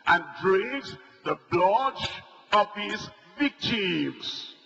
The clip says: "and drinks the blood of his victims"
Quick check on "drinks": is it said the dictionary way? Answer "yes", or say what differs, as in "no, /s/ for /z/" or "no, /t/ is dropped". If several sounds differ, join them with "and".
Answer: no, /ŋ/ is dropped